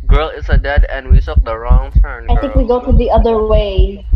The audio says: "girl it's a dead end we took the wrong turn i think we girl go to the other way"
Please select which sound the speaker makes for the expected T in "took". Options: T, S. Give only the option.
S